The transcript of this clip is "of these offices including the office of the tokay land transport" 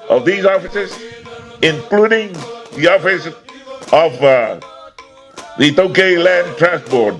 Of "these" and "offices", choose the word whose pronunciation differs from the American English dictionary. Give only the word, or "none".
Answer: none